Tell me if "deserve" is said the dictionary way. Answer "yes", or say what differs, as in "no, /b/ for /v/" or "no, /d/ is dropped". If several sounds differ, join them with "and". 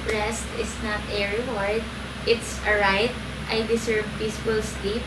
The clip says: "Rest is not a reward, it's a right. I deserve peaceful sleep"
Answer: no, /s/ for /z/